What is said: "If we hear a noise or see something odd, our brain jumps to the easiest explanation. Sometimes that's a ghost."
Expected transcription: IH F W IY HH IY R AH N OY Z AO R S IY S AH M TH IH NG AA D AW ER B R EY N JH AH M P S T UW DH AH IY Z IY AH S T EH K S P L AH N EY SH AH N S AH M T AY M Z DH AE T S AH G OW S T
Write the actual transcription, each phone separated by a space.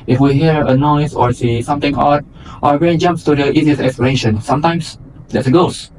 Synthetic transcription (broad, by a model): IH F W IY HH IY R AH N OY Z AO R S IY S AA M T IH NG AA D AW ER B R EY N JH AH M P S T UW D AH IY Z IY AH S EH K S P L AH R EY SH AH N S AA M T AY M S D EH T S AH G OW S